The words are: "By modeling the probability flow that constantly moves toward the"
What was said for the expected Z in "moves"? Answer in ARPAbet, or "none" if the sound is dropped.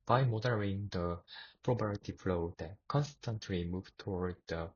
none